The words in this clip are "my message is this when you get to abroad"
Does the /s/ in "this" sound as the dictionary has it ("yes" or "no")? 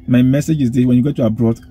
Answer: no